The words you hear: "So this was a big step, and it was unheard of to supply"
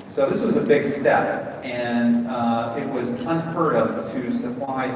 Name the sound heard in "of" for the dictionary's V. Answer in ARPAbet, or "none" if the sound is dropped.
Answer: P